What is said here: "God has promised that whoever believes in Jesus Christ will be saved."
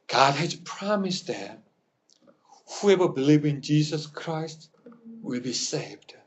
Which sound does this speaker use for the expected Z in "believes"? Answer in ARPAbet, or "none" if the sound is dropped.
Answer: none